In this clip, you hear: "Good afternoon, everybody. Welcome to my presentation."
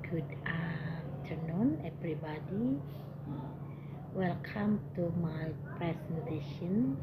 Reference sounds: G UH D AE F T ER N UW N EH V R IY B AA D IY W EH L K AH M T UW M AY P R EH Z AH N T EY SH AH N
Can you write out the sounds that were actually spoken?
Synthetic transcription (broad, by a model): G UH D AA T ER N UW N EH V R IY B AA D IY W EH L K AH M T UW M AY P R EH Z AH N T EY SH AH N